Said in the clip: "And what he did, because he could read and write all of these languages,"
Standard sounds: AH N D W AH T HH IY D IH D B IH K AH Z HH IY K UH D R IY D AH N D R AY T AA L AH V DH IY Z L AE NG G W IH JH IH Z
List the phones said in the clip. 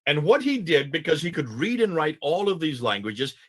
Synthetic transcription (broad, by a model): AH N W AH T HH IY D IH D B IH K AH Z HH IY K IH D R IY D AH N R AY T AA L AH V DH IY Z L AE NG G W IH JH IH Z